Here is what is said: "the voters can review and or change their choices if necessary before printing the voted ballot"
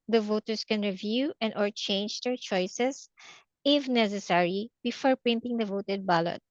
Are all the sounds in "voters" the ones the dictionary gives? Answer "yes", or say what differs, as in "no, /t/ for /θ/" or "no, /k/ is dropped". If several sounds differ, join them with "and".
no, /s/ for /z/